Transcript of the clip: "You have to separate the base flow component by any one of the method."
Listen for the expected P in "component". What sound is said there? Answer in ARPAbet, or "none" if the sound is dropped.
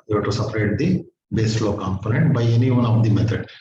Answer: P